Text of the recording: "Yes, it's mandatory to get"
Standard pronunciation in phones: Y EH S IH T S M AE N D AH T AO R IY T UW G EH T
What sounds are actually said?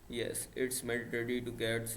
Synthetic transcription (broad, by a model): Y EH S IH T S M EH D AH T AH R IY T UW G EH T